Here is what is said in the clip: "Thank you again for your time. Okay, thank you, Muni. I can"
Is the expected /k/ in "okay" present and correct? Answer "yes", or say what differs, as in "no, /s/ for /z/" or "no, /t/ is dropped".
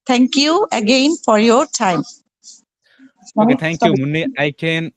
no, /k/ is dropped